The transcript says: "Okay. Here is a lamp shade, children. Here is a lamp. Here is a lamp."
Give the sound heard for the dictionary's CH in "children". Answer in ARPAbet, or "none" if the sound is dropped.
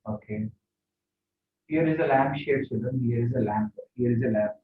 S